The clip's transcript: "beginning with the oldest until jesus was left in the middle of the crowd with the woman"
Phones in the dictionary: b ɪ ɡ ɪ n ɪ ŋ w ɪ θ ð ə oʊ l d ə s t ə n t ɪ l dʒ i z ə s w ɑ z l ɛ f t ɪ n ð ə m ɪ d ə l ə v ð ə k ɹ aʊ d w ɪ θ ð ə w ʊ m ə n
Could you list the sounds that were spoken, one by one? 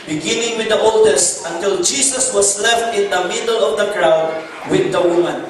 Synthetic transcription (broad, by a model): b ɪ ɡ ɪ n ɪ ŋ w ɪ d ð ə oʊ l d ə s t ə n t ɪ l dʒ i s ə s w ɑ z l ɛ f t ɪ n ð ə m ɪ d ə l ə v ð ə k ɹ aʊ d w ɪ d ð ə w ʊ m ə n